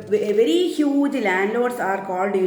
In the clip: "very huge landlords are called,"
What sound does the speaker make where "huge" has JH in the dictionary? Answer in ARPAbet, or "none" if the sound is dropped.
JH